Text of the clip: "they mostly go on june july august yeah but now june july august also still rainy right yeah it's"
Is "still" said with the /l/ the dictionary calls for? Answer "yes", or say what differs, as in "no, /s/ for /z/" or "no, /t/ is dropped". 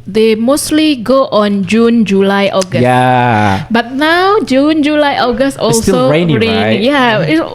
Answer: no, /n/ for /l/